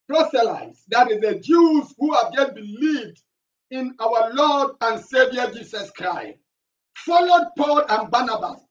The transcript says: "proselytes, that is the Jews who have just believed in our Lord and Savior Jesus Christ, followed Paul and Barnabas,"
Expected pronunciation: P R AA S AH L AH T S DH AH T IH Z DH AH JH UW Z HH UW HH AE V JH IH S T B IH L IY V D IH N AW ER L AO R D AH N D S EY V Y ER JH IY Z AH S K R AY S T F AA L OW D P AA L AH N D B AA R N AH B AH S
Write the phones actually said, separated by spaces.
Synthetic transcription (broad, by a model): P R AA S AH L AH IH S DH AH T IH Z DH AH JH UW Z HH UW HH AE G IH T B IH L IY V D IH N AW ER L AO D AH N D S EY V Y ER JH IY S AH S K R AY S T F AA L OW D P AA L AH N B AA N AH B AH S